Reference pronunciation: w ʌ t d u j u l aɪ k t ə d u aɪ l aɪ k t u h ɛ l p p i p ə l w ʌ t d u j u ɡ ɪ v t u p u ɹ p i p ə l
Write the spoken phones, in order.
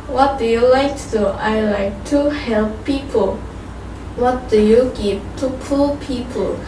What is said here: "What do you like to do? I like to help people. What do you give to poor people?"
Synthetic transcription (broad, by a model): w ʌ t d u j u l aɪ k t d u aɪ l aɪ k t u h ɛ l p p i p ə l w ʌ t d u j u ɡ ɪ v t u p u l p i p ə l